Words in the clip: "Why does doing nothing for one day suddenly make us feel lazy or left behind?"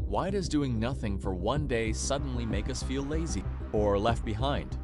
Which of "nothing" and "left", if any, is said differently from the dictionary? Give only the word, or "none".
none